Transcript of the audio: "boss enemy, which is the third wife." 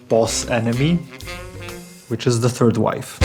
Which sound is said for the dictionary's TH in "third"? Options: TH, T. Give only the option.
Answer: TH